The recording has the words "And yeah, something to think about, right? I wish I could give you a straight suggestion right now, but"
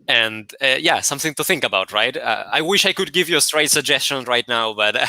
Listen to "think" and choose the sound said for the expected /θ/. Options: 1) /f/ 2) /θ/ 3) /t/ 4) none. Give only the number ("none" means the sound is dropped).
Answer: 2